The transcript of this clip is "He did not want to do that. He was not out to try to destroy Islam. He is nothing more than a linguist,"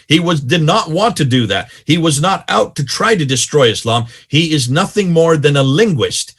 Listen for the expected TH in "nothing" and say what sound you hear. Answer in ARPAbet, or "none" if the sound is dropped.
TH